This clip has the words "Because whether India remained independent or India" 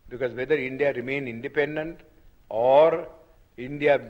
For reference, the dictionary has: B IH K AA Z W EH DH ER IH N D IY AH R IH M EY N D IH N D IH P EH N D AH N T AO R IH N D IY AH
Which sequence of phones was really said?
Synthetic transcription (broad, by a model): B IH K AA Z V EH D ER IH N D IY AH R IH M EY N IH N D IH P EH N D AH N T AO R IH N D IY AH